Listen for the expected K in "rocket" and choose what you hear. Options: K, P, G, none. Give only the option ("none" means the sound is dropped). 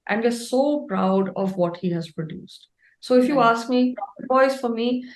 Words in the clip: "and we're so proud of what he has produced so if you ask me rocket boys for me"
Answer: none